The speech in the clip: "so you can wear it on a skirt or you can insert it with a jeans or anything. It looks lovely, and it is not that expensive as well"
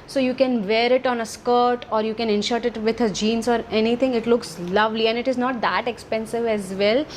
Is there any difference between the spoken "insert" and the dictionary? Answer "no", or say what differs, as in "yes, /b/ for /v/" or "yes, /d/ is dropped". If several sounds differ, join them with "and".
yes, /ʃ/ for /s/